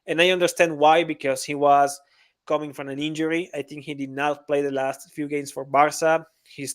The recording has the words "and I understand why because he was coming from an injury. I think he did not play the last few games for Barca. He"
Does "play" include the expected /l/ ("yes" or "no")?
yes